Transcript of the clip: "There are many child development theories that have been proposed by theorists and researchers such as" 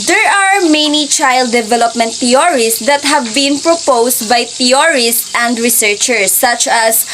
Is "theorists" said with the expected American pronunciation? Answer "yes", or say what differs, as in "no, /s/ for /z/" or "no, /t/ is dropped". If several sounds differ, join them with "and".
no, /t/ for /θ/